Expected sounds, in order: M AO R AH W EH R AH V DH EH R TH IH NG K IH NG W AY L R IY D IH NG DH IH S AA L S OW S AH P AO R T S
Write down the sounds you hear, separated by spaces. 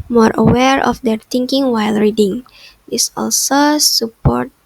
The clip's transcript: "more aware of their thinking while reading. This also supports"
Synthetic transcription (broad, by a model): M AO R AH W EH R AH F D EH R T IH NG K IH NG W AY L R IY D IH NG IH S AA L S OW S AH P AO R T